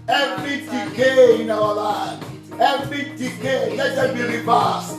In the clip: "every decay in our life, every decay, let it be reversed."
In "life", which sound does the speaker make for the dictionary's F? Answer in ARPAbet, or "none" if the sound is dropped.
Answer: none